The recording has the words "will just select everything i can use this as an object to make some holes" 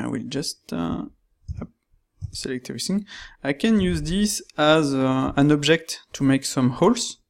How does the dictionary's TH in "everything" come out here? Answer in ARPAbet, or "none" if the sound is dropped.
S